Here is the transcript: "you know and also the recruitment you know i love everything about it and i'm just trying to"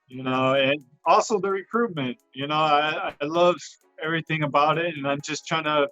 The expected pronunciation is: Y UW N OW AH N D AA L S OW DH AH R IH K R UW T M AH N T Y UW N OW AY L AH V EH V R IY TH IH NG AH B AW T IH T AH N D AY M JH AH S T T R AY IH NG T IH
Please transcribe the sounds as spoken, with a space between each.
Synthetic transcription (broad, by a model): Y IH N OW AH N AA L S OW DH AH R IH K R UW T M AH N T Y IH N OW AY L AH V EH V R IY TH IH NG AH B AW T IH T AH N AY M JH AH S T T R AY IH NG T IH